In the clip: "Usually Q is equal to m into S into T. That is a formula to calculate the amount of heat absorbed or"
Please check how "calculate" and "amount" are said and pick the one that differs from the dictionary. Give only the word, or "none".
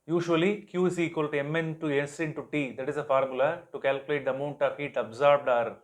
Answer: none